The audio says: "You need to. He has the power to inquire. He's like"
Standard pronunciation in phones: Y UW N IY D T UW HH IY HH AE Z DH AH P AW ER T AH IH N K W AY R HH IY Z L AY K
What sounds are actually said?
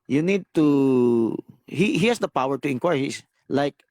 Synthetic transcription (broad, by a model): Y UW N IY D T UW HH IY HH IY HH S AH P AW ER T AH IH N K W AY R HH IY S L AY K